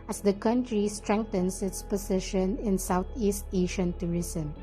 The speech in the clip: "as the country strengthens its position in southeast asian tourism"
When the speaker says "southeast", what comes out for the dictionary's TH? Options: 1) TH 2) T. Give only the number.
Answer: 2